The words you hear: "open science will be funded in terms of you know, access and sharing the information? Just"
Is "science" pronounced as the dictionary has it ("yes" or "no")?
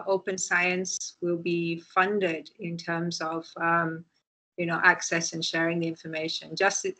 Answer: yes